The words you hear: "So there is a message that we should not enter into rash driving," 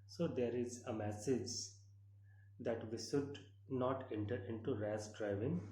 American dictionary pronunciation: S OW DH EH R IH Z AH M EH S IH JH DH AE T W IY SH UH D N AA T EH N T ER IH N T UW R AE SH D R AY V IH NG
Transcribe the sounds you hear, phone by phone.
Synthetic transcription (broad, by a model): S OW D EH R IH Z AH M EH S IH JH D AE T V IY SH UH D N AA T EH N T ER IH N T UW R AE S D R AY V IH NG